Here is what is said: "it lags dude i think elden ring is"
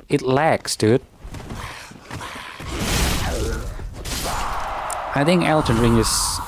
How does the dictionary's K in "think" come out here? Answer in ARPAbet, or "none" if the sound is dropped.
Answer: K